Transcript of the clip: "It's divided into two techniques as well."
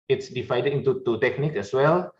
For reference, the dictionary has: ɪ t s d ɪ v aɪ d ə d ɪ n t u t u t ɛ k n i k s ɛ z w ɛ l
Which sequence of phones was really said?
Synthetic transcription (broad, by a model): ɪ t s d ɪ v aɪ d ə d ɪ n t u t u t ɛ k n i k ɛ s w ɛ l